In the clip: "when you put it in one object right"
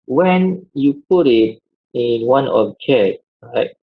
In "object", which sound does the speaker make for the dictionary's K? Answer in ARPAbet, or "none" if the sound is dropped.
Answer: none